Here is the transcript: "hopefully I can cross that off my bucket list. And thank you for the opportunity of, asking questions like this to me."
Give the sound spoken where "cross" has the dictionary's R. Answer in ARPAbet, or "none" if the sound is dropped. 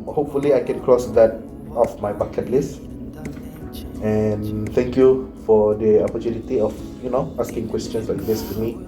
R